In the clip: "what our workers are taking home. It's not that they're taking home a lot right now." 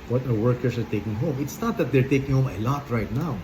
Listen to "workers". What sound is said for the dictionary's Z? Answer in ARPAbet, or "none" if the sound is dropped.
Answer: S